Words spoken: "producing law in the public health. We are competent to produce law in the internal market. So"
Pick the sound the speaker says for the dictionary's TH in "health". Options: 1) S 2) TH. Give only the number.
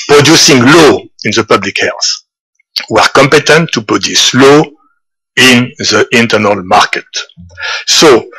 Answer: 1